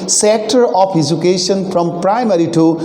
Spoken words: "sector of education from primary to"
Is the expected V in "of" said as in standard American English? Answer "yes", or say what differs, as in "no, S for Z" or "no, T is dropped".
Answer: no, P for V